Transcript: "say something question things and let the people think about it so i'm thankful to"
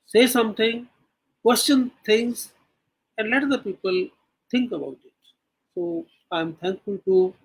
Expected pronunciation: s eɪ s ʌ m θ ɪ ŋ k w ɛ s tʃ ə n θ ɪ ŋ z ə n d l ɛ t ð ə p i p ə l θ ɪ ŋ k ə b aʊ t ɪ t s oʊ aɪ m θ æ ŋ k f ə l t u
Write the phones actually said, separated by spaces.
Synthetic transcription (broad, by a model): s eɪ s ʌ m t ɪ ŋ k w ɛ s tʃ ə n t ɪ ŋ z ə n d l ɛ t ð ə p i p ə l t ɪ ŋ k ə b aʊ t ɪ t s oʊ aɪ m t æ ŋ k f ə l t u